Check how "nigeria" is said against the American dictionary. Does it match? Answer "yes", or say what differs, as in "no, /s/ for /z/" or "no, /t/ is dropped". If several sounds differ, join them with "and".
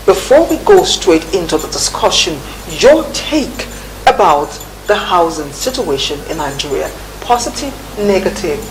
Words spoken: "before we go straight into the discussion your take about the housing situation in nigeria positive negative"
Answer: yes